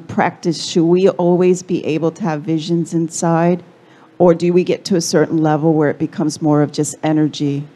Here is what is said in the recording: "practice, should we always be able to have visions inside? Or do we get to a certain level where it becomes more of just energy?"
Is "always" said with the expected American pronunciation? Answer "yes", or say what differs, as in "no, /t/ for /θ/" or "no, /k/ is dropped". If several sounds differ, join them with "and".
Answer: yes